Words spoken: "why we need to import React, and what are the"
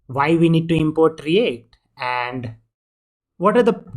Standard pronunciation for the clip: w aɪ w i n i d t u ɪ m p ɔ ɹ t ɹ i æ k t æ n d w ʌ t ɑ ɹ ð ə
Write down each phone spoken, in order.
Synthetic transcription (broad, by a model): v aɪ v i n i d t u ɪ m p ɔ ɹ t ɹ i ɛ t æ n d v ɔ t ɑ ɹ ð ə